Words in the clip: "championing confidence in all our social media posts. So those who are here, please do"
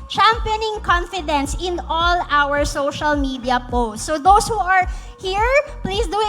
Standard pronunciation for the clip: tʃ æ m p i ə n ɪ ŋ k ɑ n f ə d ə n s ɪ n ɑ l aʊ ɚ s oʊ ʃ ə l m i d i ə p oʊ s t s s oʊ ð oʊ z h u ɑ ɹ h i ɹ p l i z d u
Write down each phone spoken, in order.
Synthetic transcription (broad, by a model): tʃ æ m p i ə n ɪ ŋ k ɑ n f ə d ə n s ɪ n ɑ l aʊ ɚ s oʊ ʃ ə l m i d i ə p oʊ s t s s oʊ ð oʊ s h u ɑ ɹ h i ɹ p l i s d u